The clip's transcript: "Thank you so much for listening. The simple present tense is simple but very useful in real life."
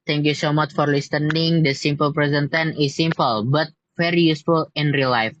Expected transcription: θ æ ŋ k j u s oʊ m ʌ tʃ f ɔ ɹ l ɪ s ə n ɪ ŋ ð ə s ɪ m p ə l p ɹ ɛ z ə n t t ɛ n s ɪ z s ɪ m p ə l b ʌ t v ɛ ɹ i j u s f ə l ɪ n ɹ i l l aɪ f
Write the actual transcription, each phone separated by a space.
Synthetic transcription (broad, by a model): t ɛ ŋ k j u s oʊ m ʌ tʃ f ɔ ɹ l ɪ s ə n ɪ ŋ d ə s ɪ m p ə l p ɹ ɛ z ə n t t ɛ n ɪ s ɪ m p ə l b ʌ t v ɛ ɹ i j u s f ə l ɪ n ɹ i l l aɪ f